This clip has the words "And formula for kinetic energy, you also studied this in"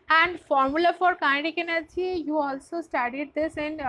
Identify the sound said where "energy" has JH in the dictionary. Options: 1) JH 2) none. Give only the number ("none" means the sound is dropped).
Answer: 2